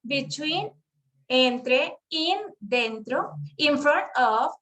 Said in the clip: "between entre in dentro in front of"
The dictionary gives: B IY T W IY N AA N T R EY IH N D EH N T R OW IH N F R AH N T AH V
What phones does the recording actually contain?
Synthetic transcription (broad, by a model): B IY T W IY N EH N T R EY IH N D EH N T R OW IH N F R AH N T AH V